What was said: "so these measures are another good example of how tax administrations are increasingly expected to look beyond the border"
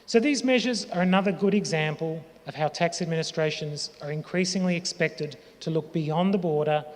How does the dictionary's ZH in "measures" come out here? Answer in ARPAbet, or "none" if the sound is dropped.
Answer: ZH